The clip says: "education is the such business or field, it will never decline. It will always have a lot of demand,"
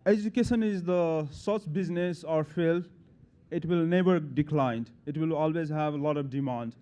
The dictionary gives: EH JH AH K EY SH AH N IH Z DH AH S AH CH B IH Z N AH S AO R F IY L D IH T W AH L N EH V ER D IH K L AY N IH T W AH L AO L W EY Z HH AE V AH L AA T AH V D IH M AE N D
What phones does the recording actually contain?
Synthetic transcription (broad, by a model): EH JH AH K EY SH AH N IH Z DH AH S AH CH B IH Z N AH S AO R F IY L IH T W AH L N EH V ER D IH K L AY N IH T W AH L AO L W EY Z HH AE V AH L AA T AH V D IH M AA N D